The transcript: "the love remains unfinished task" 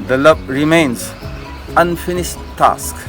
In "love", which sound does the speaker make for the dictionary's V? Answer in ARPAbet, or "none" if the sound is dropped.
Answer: B